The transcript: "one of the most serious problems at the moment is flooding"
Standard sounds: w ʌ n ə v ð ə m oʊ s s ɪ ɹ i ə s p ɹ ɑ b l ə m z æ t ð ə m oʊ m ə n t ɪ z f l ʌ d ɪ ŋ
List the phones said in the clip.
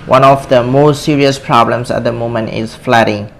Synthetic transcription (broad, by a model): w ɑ n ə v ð ə m oʊ s s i ɹ i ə s p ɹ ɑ b l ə m s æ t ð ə m oʊ m ə n t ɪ s f l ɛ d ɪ ŋ